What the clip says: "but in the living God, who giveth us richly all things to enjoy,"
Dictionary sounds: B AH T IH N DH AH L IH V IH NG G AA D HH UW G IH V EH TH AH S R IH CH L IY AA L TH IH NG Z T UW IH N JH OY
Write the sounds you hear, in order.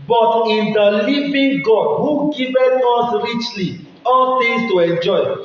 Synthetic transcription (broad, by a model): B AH T IH N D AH L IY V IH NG G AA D HH UW G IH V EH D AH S R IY CH L IY AA L T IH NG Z T UW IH N JH OY